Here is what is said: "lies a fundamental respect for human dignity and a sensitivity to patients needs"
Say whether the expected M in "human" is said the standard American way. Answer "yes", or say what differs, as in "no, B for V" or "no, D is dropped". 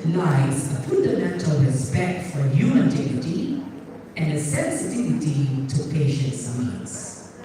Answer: no, M is dropped